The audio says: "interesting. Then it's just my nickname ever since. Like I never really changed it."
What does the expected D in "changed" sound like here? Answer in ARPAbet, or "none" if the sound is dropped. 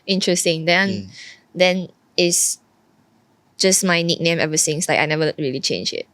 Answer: none